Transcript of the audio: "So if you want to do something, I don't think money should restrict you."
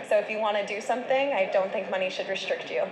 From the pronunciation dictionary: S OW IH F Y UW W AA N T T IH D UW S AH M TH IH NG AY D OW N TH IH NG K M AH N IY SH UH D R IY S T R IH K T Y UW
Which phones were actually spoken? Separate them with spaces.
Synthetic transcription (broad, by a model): S OW IH F Y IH W AA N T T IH D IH S AH M TH IH NG AY D OW N TH IH NG K M AH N IY SH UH D R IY S T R IH K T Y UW